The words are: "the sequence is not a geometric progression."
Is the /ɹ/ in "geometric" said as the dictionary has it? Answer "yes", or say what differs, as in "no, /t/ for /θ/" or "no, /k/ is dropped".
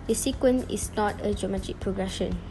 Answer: no, /ɹ/ is dropped